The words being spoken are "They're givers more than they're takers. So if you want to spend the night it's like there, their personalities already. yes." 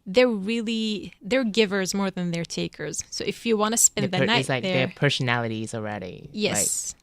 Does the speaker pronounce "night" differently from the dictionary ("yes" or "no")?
yes